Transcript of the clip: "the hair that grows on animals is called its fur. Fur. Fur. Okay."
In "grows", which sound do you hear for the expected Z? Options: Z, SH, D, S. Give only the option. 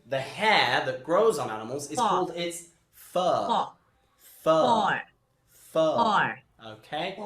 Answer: Z